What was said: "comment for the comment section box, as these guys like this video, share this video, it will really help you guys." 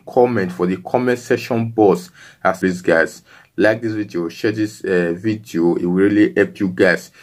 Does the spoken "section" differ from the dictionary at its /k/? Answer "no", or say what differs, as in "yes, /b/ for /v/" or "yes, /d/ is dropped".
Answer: yes, /k/ is dropped